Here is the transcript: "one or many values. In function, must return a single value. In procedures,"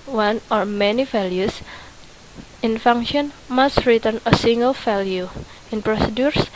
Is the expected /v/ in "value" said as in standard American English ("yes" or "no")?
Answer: no